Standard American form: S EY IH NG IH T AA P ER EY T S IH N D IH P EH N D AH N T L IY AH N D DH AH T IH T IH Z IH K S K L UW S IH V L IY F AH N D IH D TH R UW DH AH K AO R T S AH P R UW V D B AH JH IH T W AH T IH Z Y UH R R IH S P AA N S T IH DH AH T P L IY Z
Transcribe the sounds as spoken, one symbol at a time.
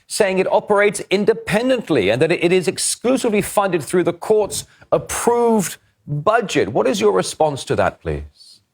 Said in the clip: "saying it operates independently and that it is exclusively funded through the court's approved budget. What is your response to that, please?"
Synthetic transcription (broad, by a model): S EY IH NG IH T AA P ER EY T S IH N D IH P EH N D AH N T L IY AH N DH AH T IH T IH Z IH K S K L UW S IH V L IY F AH N D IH D TH R UW DH AH K AO R T S AH P R UW V D B AH JH IH T W AH T IH Z Y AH R R IH S P AA N S T IH DH AH T P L IY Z